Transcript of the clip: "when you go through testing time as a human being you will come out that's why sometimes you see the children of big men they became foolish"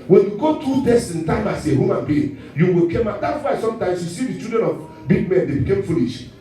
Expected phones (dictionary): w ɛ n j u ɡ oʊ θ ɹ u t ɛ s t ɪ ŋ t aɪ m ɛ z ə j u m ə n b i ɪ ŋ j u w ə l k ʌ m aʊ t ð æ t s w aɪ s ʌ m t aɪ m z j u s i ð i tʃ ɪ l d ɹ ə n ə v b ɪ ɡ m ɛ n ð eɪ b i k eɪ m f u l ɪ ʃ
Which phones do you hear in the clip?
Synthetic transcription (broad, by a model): w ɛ n j u ɡ oʊ t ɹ u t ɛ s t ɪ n t aɪ m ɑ s ə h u m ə n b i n j u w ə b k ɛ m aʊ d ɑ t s w aɪ s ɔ m t aɪ m s j u s i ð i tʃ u d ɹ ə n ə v b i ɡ m ɛ n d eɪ b i k eɪ m f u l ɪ ʃ